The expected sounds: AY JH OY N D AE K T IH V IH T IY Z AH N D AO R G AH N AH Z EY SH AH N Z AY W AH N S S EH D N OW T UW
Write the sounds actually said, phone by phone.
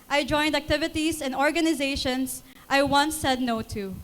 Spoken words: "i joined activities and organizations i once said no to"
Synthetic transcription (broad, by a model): AY JH OY N D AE K T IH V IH T IY S AH N D AO R G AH N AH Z EY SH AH N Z AY W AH N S S EH D N OW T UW